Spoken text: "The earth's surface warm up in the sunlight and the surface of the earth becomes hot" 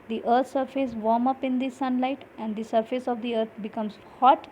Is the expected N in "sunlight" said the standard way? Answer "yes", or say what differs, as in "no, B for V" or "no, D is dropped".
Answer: yes